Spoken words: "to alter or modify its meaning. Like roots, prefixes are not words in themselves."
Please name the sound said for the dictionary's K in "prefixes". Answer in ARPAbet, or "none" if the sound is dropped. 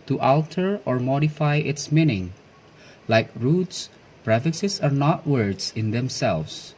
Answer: none